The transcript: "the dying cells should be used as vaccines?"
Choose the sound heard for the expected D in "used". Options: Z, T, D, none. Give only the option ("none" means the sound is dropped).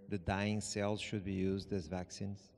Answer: D